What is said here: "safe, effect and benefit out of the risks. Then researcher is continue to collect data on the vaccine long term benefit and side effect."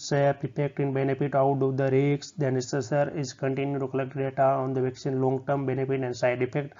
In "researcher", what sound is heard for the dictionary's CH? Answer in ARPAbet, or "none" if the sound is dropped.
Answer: S